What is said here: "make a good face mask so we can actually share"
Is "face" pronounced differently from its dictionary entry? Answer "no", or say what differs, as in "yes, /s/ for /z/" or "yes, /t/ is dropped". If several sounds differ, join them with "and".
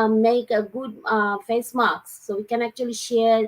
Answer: no